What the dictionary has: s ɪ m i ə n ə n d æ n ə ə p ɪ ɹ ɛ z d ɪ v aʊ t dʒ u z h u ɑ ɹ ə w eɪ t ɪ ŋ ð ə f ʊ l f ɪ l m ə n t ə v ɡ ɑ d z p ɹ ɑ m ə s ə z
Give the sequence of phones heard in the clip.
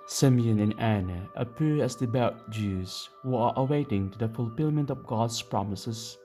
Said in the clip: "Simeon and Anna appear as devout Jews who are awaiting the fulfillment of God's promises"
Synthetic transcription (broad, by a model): s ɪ m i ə n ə n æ n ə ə p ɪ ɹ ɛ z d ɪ b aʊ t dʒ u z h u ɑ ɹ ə w eɪ t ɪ ŋ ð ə f ʊ l f ɪ l m ə n t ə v ɡ ɑ d s p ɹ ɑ m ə s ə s